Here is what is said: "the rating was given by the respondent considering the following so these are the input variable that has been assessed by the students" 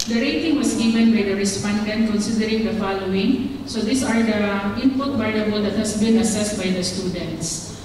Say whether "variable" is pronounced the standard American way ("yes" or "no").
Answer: no